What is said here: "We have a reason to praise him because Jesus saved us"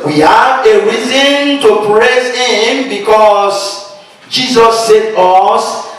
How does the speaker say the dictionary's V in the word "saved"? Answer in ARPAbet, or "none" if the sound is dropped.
none